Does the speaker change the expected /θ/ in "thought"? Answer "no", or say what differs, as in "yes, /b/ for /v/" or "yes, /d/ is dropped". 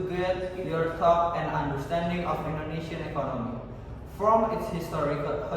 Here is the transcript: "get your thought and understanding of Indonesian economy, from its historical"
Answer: yes, /t/ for /θ/